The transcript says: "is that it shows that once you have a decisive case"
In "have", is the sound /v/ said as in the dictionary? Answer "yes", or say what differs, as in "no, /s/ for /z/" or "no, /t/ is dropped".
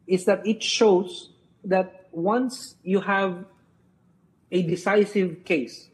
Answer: yes